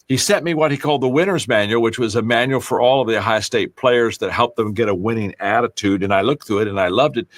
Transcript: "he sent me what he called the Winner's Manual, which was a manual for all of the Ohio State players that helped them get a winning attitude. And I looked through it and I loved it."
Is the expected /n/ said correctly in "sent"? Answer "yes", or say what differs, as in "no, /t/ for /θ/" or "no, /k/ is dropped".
no, /n/ is dropped